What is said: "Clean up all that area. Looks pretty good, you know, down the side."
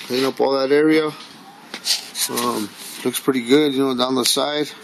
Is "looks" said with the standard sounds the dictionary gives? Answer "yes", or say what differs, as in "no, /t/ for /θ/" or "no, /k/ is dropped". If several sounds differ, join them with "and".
yes